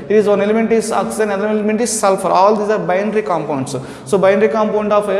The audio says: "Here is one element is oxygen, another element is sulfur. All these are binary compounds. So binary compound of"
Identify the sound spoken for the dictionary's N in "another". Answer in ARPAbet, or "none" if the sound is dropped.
L